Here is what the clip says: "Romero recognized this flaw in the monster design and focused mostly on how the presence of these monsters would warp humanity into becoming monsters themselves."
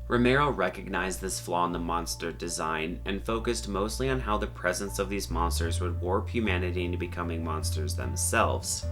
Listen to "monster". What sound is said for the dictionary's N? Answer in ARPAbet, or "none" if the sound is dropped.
N